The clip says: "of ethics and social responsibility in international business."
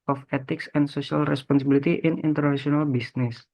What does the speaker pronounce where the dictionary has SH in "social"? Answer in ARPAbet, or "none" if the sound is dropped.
S